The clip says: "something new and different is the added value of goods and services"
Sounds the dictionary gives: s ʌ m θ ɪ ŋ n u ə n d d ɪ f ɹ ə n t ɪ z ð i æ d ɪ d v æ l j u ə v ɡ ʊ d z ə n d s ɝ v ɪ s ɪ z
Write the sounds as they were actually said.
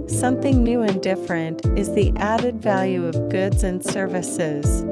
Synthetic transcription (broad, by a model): s ʌ m θ ɪ ŋ n u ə n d d ɪ f ɹ ə n t ɪ z ð i æ d ɪ d v æ l j u ə v ɡ ʊ d z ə n s ɝ v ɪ s ɪ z